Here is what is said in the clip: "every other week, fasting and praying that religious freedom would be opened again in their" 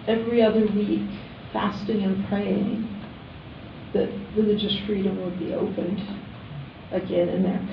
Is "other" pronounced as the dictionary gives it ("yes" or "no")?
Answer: yes